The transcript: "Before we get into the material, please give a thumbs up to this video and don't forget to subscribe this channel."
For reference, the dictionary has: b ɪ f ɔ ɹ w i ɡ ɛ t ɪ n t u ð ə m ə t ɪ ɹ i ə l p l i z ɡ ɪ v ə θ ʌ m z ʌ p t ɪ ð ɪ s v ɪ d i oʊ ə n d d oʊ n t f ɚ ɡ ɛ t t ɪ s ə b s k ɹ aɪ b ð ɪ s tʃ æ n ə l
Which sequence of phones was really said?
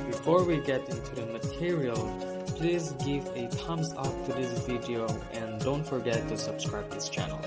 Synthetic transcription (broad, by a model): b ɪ f ɔ ɹ w i ɡ ɛ t ɪ n t u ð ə m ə t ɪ ɹ i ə l p l i z ɡ ɪ v ə t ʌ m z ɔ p t ɪ ð ɪ s v ɪ d i oʊ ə n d d oʊ n t f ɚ ɡ ɛ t t ɪ s ə b s k ɹ aɪ b ð ɪ s tʃ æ n l